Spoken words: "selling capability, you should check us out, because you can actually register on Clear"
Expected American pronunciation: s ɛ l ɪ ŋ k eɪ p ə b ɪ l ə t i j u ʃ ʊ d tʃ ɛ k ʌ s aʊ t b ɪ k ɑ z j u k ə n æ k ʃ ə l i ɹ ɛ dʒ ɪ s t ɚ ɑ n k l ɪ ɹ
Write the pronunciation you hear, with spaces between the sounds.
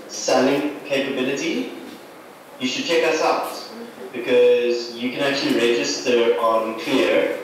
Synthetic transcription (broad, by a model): s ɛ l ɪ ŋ k eɪ p ə b ɪ l ə t i j u ʃ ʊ d tʃ ɛ k ʌ s aʊ t b ɪ k ɑ z j u k ə n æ k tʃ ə l i ɹ ɛ dʒ ɪ s t ɚ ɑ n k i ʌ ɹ